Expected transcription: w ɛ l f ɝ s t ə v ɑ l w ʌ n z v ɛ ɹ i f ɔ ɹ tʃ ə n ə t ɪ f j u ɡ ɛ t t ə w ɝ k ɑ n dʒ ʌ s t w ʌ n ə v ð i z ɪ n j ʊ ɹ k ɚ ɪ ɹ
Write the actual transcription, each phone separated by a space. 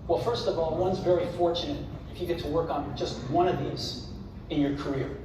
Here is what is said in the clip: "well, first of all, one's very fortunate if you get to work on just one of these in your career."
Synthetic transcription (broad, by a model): w ɛ l f ɝ s t ə v ɑ l w ʌ n z v ɛ ɹ i f ɔ ɹ tʃ ə n ə t ɪ f j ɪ ɡ ɛ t t ə w ɝ k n dʒ ʌ s t w ʌ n ə v ð i z ɪ n j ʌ ɹ k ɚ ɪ ɹ